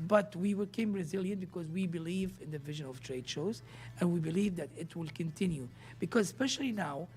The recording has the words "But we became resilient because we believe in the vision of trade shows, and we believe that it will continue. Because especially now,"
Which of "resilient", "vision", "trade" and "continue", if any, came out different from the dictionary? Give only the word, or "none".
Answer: none